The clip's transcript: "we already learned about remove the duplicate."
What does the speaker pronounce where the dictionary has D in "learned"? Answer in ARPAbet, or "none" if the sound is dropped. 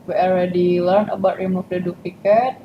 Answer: none